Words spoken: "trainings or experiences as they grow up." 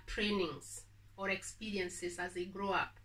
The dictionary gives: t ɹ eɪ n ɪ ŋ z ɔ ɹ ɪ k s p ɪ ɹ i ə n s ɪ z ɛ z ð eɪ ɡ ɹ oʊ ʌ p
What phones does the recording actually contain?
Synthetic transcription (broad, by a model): t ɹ eɪ n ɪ ŋ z ɔ ɹ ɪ k s p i ɹ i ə n s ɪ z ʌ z ð eɪ ɡ ɹ oʊ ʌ p